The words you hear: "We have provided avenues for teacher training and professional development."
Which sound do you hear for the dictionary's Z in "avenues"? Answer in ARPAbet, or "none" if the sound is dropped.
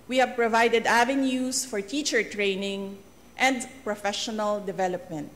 S